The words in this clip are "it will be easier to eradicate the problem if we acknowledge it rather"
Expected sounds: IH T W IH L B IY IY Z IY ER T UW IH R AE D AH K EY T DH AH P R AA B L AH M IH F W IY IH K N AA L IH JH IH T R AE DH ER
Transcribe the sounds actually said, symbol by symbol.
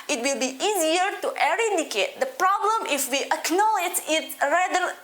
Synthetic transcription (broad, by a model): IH T W IH L B IY IY Z IY ER T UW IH R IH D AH K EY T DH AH P R AA B L AH M IH F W IY IH K N AA L IH JH IH T R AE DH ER